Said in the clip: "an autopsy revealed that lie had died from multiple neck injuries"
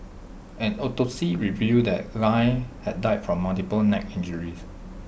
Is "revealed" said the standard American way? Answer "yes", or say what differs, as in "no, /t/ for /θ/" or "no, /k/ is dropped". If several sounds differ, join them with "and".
no, /l/ is dropped